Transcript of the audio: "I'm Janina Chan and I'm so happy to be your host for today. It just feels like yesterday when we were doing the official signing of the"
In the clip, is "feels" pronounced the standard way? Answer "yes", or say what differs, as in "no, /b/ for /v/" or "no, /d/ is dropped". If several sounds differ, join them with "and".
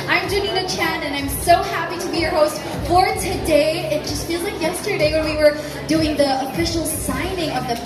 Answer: yes